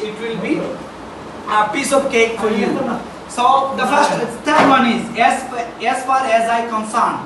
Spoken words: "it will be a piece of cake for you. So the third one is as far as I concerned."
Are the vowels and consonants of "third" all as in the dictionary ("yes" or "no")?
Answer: no